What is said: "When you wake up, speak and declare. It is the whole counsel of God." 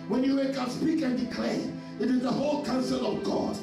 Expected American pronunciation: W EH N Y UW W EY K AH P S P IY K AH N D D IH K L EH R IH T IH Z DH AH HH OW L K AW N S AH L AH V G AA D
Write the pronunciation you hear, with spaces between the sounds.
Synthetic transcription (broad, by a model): W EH N Y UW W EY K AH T S P IY K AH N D D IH K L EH IH T IH Z DH AH HH OW L K AW N S AH L AH V G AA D